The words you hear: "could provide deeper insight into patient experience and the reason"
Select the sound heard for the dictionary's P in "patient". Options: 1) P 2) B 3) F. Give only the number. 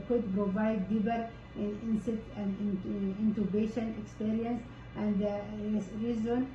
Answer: 2